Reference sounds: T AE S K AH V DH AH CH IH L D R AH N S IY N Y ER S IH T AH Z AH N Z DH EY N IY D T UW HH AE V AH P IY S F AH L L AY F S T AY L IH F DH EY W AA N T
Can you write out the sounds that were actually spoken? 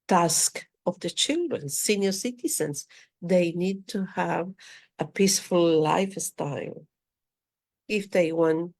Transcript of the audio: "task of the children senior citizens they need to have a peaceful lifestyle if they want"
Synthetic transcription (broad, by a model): T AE S K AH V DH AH CH IH L D R AH N S IY N Y ER S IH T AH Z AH N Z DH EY N IY D T UW HH AE V AH P IY S F AH L L AY F S T AY L IH F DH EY W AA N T